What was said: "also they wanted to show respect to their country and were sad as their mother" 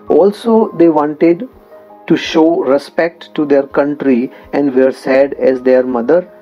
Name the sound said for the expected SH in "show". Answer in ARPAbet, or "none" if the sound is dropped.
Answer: SH